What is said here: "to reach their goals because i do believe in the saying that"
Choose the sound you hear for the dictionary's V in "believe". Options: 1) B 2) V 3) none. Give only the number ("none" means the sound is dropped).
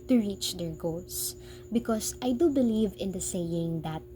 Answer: 2